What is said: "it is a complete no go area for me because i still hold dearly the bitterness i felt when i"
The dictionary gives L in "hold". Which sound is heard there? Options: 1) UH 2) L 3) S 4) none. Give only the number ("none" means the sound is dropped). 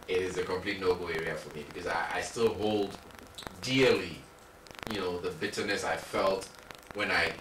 2